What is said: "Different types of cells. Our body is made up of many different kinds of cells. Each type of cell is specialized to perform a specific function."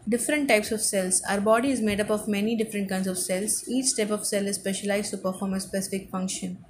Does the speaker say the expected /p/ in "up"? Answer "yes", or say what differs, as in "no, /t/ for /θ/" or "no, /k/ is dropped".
yes